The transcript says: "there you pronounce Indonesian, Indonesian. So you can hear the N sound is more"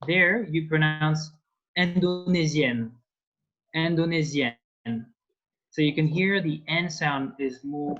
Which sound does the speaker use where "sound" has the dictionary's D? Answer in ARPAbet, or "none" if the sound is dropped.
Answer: D